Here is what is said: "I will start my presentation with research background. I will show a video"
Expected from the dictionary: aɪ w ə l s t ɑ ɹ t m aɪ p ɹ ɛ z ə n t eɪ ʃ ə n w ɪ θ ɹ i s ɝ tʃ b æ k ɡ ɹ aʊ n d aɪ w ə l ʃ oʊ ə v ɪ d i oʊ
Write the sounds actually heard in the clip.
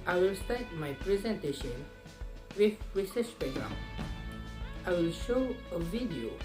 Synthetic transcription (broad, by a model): aɪ w ə l s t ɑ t m aɪ p ɹ ɛ z ə n t eɪ ʃ ə n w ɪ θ ɹ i s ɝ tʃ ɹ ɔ ɡ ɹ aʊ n aɪ w ə l ʃ oʊ ə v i d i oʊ